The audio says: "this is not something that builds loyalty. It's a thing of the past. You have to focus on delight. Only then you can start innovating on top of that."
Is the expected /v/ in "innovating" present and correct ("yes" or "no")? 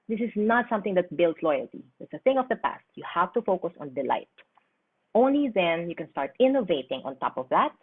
yes